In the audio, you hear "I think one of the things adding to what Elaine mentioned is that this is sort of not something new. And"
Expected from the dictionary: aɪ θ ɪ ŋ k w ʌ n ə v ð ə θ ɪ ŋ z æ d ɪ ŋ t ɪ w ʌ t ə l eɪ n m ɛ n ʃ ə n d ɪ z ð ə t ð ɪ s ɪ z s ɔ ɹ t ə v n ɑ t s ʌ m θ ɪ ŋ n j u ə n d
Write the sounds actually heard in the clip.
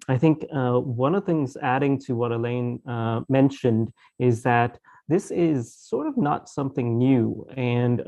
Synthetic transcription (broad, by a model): aɪ θ ɪ ŋ k w ʌ n ə v θ ɪ ŋ z æ d ɪ ŋ t ɪ w ʌ t ə l eɪ n m ɛ n ʃ ə n d ɪ z ð ə t ð ɪ s ɪ z s ɔ ɹ t ə v n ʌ t s ʌ m θ ɪ ŋ n j u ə n